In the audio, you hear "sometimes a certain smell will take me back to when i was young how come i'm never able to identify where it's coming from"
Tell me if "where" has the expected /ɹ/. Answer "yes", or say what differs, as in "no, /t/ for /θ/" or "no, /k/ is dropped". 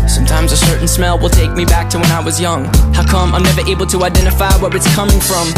no, /w/ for /ɹ/